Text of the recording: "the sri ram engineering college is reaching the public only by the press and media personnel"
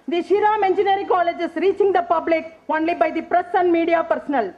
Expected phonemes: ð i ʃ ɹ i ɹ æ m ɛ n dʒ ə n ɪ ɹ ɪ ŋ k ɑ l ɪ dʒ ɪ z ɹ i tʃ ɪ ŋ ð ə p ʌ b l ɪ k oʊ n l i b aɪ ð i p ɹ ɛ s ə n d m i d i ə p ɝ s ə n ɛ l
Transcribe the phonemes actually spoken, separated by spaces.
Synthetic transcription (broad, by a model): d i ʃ i ɹ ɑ m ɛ n dʒ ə n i ɹ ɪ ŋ k ɑ l ɪ dʒ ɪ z ɹ i tʃ ɪ ŋ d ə p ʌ b l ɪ k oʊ n l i b aɪ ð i p ɹ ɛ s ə n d m i d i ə p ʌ s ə n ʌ l